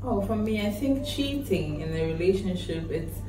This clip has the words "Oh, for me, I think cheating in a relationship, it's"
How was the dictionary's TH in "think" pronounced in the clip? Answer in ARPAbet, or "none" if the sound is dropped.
TH